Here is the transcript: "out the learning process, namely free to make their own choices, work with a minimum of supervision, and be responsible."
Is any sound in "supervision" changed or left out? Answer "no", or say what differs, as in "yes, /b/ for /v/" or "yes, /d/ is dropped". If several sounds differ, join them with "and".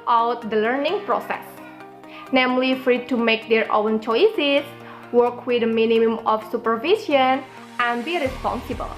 yes, /s/ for /ʒ/